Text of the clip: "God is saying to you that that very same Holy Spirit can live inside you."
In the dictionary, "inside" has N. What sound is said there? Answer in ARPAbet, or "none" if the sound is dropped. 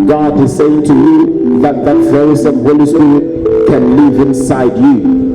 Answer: N